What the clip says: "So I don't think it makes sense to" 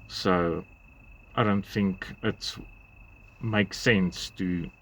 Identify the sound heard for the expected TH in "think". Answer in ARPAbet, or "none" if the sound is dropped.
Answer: TH